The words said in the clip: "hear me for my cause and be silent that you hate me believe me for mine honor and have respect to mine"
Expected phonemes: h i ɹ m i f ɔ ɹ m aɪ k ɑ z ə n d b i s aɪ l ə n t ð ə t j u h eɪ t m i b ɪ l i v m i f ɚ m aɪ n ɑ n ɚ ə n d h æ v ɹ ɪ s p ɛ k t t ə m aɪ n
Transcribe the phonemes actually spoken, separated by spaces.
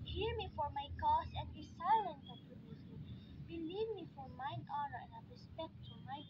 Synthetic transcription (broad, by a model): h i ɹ m i f ɔ ɹ m aɪ k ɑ s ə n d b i s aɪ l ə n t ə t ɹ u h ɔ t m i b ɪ l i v m i f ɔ m aɪ n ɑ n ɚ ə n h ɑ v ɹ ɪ s p ɛ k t t ə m aɪ